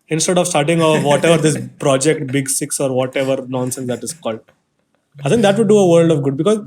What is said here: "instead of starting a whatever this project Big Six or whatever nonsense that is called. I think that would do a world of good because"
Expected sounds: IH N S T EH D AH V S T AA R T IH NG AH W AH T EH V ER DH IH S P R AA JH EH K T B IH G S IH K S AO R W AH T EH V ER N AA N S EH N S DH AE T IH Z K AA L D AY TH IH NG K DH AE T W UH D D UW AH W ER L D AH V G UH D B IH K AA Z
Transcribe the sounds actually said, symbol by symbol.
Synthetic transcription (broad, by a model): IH N S T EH D AH V S T AA R T IH NG AH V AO T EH V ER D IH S P R AA JH EH K T B IH G S IH K S AO R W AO T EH V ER N AA N S EH N S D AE T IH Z K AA L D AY S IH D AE T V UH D D UW AH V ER L D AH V G UH D B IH K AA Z